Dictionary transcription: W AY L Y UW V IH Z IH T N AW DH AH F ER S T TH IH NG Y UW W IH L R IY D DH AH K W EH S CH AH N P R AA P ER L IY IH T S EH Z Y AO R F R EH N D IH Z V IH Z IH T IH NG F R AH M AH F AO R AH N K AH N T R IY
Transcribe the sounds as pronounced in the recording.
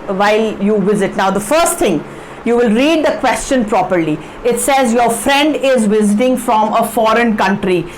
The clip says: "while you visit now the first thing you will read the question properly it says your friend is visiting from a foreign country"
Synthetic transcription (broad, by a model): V AY L Y UW V IH Z IH T N AW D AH F ER S T T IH NG Y UW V IH L R IY D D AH K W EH S CH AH N P R AA P ER L IY IH T S EH Z Y AO R F R EH N D IH Z V IH Z IH T IH NG F R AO M AH F AO R AH N K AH N T R IY